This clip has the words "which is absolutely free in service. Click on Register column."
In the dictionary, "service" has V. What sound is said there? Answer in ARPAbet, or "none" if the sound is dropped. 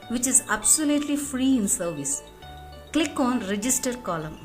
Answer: V